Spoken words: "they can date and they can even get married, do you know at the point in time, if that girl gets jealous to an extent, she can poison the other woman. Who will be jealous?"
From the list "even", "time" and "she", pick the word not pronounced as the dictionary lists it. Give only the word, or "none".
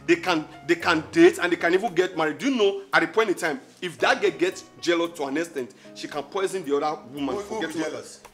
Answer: none